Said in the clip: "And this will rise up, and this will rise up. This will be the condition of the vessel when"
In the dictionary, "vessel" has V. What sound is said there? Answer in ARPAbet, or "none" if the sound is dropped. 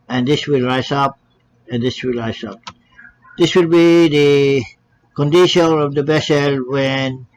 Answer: B